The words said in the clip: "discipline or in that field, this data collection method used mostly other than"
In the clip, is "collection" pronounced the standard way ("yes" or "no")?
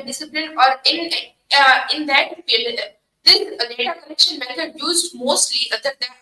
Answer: no